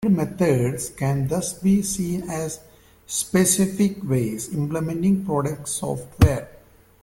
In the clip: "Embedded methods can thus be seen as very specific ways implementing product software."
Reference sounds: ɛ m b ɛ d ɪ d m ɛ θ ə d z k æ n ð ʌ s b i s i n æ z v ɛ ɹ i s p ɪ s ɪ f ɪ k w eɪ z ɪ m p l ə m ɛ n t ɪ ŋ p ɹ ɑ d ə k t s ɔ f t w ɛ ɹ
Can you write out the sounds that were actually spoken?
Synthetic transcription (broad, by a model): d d m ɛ t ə d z k æ n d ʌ s b i s i n æ z s p ɪ s ɪ f ɪ k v eɪ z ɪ m p l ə m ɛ n t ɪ ŋ p ɹ ɑ d ə k t s ɔ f t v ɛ ɹ